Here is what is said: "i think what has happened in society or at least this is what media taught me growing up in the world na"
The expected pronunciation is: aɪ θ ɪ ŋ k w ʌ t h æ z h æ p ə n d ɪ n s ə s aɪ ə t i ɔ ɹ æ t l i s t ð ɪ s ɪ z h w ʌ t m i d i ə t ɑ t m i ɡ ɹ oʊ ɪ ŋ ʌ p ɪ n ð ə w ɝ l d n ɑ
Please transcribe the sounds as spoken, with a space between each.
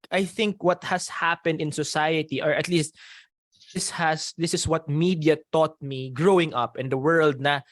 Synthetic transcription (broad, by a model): aɪ θ ɪ ŋ k w ʌ t h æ s h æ p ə n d ɪ n s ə s aɪ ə t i ɔ ɹ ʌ t l i s t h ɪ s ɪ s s w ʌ t m i d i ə t ɑ t m i ɡ ɹ oʊ ɪ ŋ ʌ p ɪ n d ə w ɝ l d n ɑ